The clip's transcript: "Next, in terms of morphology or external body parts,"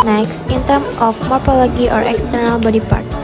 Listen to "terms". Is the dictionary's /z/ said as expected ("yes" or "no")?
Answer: no